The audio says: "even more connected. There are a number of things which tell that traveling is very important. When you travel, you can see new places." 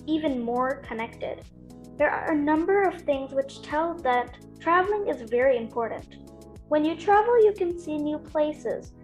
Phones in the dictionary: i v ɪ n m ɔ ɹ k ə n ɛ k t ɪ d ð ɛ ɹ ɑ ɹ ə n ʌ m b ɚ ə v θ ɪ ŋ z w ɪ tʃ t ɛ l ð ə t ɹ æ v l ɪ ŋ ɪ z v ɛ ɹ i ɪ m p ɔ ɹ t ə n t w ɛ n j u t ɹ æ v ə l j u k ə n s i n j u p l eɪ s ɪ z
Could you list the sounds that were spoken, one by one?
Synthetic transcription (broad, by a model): i v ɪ n m ɔ ɹ k ə n ɛ k t ɪ d ð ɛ ɹ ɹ ə n ʌ m b ɚ ə v θ ɪ ŋ z w ɪ tʃ t ɛ l ð ə t ɹ æ v l ɪ ŋ ɪ z v ɛ ɹ i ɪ m p ɔ ɹ t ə n t w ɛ n j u t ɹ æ v l j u k ə n s i n j u p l eɪ s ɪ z